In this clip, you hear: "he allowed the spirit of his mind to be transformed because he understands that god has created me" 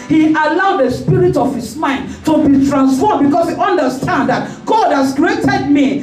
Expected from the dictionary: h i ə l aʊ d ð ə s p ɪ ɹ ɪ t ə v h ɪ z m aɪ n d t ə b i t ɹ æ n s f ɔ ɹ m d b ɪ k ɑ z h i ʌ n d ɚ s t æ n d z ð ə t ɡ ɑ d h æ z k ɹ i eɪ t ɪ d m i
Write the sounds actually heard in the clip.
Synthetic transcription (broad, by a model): h i ə l aʊ d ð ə s p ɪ ɹ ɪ t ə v h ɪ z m aɪ n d t ə b i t ɹ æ n s f ɔ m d b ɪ k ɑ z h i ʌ n d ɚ s t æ n d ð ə t ɡ ɑ d h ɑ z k ɹ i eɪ t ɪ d m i